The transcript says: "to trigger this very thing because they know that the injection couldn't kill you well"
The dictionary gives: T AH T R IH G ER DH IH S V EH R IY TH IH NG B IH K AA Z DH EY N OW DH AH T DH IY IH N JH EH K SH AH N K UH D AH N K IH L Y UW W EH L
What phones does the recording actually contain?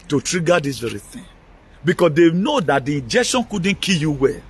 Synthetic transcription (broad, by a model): T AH T R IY G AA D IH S V EH R IY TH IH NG B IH K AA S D EY N OW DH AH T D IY IH N JH EH K SH AH N K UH D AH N K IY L Y UW W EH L